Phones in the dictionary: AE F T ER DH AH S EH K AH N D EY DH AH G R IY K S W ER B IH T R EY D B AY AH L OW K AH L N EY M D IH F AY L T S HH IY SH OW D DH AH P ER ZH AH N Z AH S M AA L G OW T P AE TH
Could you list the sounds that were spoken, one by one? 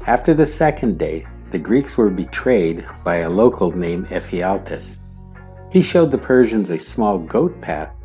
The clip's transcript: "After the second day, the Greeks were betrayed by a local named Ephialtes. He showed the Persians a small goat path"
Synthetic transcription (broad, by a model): AE F T ER DH AH S EH K AH N D EY DH AH G R IY K S W ER B IH T R EY D B AY AH L OW K L N EY M IH F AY L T S HH IY SH OW D DH AH P ER ZH AH N Z AH S M AA L G OW T P AE TH